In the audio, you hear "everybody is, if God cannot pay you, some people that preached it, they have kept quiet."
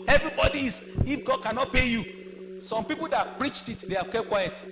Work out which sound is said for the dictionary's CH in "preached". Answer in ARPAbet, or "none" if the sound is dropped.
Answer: CH